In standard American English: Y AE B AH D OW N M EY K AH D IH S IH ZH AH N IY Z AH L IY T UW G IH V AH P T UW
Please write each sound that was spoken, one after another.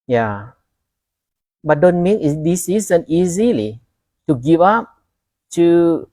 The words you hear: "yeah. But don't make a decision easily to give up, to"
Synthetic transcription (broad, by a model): Y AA B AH D OW N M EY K AH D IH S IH Z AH N IY Z AH L IY T UW G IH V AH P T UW